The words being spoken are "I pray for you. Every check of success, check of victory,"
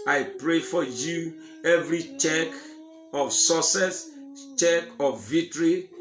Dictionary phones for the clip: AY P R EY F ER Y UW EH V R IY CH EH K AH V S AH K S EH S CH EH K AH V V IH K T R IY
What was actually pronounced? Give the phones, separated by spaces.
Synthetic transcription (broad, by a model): AY P R EY F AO Y UW EH V R IY CH EH K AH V S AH S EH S CH EH K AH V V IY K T R IY